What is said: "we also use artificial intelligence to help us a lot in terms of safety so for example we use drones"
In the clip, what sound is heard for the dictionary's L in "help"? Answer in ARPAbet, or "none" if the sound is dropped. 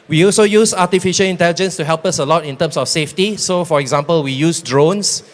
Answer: L